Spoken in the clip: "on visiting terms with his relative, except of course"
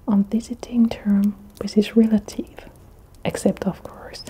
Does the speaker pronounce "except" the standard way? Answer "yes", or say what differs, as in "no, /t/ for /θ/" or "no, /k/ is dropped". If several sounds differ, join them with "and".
yes